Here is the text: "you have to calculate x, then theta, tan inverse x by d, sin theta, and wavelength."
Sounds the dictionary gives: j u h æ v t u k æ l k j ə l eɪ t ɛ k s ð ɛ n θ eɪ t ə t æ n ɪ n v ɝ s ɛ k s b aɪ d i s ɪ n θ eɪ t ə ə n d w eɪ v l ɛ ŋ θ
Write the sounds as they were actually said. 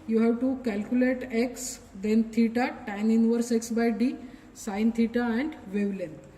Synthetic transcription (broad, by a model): j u h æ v t u k æ l k j ə l eɪ t ɛ k s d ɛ n t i t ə t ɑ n ɪ n v ɝ s ɛ k s b aɪ d i s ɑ n t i t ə ə n d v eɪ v l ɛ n